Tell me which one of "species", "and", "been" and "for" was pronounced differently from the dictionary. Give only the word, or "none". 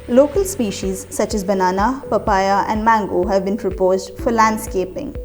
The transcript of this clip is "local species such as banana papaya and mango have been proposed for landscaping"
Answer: none